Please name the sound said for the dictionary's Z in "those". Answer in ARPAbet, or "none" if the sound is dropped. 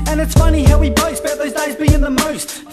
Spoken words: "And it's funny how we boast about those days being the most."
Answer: Z